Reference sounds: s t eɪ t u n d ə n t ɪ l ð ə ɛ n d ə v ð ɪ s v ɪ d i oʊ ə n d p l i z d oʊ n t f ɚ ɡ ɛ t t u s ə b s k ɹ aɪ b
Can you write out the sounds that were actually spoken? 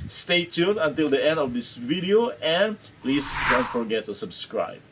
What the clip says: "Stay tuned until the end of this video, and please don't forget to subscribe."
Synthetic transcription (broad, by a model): s t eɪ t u n ə n t ɪ l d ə ɛ n d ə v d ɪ s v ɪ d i oʊ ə n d p l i s d oʊ n t f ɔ ɡ ɛ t t u s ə b s k ɹ aɪ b